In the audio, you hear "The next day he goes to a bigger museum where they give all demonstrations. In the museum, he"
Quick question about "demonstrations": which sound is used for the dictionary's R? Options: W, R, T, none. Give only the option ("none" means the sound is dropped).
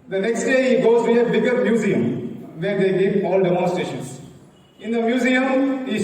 none